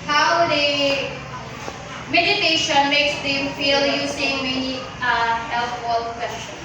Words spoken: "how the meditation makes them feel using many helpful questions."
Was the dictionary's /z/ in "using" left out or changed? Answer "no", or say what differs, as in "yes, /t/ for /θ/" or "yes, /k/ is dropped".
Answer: yes, /s/ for /z/